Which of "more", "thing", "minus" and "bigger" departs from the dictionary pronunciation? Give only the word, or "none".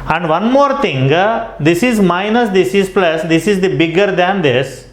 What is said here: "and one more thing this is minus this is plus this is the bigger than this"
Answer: thing